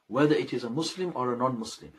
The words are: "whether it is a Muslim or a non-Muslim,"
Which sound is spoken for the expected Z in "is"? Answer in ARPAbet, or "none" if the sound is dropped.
Z